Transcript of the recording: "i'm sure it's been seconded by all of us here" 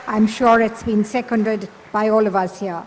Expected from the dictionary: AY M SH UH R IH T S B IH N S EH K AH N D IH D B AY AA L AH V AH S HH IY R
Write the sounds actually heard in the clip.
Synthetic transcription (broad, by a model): AY M SH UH R IH T S B IH N S EH K AH N D IH D B AY AA L AH V AH S HH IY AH